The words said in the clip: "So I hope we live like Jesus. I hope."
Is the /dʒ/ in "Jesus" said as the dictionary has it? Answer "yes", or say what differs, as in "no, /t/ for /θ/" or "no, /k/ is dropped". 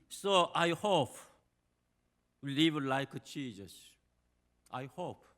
no, /tʃ/ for /dʒ/